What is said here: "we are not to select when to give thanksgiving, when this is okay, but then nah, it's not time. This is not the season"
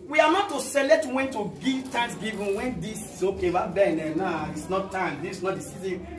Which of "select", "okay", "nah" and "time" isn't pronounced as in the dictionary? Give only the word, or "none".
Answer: select